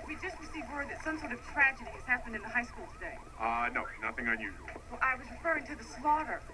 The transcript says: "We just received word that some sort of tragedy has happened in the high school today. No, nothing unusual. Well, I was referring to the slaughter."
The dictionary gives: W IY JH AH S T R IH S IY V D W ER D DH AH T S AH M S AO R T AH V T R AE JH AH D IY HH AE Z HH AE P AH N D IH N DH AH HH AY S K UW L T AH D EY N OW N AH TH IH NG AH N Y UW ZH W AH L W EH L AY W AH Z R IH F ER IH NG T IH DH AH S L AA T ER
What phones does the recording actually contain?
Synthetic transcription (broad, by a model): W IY JH AH S T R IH S IY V W ER D DH AH T S AH M S AO R T AH V T R AE JH AH D IY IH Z HH AE P AH N D IH N DH AH HH AY S K UW L T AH D EY N OW N AH TH IH NG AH N Y UW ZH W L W AY W AH Z R IH F ER IH NG T IH DH AH S L AA T ER